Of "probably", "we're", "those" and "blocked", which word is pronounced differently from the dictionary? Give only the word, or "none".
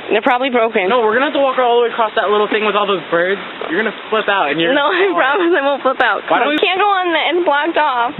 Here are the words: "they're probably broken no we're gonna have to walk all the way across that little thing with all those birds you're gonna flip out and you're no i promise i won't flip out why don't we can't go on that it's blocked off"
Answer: none